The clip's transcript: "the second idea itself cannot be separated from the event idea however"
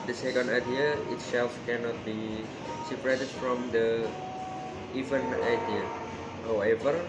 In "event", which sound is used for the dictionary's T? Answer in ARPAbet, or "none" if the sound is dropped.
none